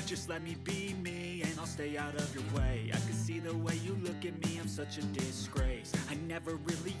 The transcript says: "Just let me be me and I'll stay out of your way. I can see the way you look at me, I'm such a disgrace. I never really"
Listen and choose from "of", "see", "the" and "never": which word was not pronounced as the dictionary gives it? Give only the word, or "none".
none